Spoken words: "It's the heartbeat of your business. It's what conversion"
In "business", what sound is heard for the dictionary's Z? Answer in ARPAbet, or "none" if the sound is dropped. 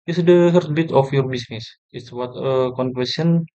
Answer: S